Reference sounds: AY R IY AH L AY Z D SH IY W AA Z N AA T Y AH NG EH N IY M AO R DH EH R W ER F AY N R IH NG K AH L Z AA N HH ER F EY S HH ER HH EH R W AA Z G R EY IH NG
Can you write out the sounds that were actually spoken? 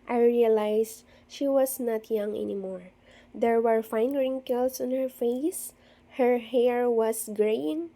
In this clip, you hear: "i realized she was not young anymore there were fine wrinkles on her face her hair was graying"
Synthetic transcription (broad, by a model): AY R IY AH L AY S SH IY W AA S N AA T Y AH NG EH N IY M AO R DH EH R W ER F AY N R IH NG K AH L S AA N HH ER F EY S HH ER HH EH R W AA S G R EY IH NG